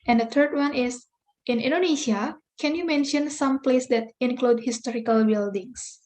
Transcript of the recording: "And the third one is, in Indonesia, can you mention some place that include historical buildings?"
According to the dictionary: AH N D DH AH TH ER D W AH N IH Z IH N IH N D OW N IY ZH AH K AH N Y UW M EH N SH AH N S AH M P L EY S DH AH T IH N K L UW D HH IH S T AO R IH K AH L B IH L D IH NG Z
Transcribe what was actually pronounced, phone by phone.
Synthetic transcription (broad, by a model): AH N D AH T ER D W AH N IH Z IH N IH N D OW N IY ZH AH K AH N Y UW M EH N SH AH N S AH M P L EY S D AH T IH N K L UW D HH IH S T AO R IH K AH L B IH L D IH NG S